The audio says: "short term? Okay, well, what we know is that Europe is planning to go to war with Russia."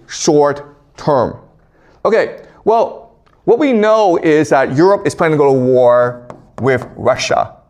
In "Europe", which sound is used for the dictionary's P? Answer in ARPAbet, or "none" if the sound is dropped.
P